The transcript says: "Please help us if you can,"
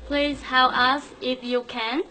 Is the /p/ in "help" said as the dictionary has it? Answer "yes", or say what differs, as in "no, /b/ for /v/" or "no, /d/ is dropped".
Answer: no, /p/ is dropped